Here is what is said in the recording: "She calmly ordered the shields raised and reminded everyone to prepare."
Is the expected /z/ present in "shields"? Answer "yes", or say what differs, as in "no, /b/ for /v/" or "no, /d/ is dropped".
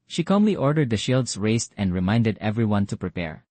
no, /s/ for /z/